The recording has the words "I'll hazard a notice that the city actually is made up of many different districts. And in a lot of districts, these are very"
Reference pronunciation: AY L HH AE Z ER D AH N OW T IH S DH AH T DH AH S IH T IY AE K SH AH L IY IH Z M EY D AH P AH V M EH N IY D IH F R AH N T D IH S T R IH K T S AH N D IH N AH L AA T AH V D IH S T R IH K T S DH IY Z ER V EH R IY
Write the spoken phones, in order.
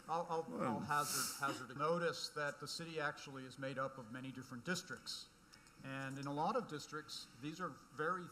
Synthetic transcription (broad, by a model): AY L HH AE Z ER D AH N OW T IH S DH AH T DH AH S IH T IY AE K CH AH L IY IH Z M EY D AH P AH V M EH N IY D IH F R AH N D IH S T R IH K T S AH N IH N AH L AA T AH V D IH S T R IH K T S DH IY Z ER V EH R IY